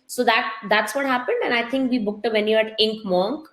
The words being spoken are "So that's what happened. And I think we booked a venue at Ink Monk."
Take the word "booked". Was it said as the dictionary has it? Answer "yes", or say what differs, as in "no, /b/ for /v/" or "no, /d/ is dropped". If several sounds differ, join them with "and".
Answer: yes